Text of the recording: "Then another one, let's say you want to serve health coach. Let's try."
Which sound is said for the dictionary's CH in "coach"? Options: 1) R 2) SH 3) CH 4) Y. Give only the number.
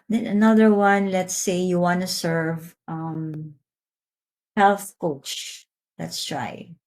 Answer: 3